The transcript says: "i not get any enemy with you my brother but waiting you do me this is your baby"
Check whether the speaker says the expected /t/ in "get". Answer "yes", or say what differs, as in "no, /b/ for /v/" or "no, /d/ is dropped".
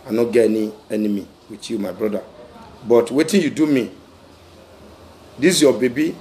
no, /t/ is dropped